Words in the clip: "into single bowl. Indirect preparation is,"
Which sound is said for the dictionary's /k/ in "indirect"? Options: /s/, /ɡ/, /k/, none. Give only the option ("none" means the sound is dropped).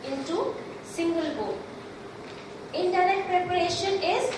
none